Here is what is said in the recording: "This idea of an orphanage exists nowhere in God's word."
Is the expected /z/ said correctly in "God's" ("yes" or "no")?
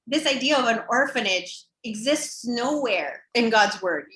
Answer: yes